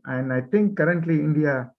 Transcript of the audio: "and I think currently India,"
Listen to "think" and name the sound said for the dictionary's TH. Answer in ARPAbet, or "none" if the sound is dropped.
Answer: T